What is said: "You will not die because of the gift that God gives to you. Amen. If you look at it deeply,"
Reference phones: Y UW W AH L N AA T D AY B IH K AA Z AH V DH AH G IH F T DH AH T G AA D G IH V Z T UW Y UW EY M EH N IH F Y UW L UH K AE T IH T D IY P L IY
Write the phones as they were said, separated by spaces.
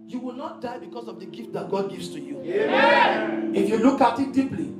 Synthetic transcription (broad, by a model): Y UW W AH L N AA T D AY B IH K AA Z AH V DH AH G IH F T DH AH T G AA D G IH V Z T UW Y UW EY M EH IH F Y UW L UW K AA T IH T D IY P L IY